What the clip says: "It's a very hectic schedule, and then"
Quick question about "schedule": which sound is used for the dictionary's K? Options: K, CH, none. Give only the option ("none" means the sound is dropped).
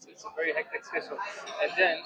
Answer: none